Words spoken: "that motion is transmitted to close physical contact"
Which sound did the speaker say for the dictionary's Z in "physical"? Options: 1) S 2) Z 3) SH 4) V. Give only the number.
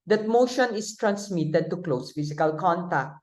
1